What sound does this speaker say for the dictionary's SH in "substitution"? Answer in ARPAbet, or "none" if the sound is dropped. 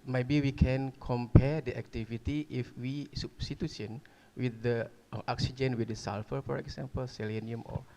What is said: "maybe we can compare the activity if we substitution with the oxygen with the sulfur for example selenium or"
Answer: S